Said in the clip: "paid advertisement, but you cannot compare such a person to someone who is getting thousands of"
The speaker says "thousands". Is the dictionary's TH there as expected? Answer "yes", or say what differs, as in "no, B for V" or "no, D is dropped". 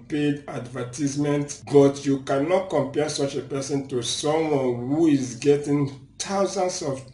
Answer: no, T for TH